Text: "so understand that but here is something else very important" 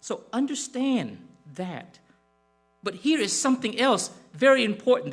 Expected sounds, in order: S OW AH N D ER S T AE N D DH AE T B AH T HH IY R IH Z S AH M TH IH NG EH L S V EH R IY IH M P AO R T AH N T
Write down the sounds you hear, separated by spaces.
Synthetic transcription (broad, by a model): S OW AH N D ER S T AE N DH AE T B AH T HH IY R IH Z S AH M TH IH NG EH L S V EH R IY IH M P AO R T N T